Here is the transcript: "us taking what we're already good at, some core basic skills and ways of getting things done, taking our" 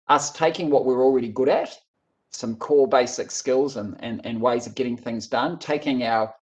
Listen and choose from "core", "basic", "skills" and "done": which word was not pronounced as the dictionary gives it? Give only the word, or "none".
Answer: core